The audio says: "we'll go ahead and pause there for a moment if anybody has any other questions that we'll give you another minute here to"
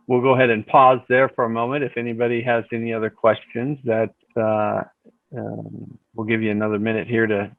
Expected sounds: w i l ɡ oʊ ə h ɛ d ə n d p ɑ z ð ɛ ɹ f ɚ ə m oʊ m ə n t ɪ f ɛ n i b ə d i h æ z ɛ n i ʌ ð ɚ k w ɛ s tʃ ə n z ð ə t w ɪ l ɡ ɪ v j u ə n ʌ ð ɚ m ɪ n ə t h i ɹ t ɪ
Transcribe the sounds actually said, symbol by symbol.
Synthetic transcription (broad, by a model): w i l ɡ oʊ ə h ɛ d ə n p ɑ z ð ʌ ɹ f ɚ ə m oʊ m ə n t ɪ f ɛ n i b ə d i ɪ z ɛ n i ʌ ð ɚ k w ɛ s tʃ ə n z ð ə t w ɪ l ɡ ɪ v j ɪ ə n ʌ ð ɚ m ɪ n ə t h i ɹ t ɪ